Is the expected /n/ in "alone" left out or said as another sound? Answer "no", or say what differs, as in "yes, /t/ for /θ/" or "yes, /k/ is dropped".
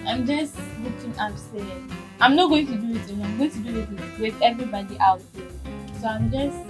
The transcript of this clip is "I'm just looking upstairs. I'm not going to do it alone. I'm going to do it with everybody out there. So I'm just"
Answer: yes, /n/ is dropped